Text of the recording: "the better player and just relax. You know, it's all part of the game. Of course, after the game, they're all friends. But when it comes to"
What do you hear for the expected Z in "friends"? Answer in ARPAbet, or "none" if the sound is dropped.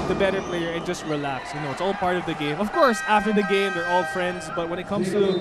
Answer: Z